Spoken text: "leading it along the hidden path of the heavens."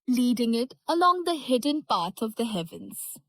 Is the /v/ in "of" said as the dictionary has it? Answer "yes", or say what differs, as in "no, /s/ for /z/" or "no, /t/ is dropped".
yes